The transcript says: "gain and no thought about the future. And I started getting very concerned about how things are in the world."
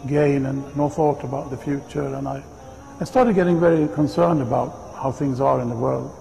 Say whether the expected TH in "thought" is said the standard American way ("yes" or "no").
yes